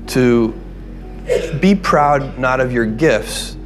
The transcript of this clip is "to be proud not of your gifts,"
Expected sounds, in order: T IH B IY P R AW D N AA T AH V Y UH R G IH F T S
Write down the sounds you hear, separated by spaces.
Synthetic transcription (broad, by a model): T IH B IY P R AW D N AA T AH V Y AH R G IH F T S